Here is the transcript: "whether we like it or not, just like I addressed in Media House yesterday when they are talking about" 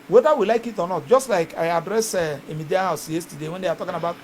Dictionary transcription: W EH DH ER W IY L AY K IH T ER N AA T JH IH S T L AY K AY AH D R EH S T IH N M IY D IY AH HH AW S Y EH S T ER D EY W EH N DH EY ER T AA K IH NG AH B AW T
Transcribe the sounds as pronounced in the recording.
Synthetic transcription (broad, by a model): W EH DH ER W IY L AY K IH T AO N AA T JH IH S T L AY K AY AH D R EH S IH M IY D IY AH HH AW S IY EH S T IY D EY W EH N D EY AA T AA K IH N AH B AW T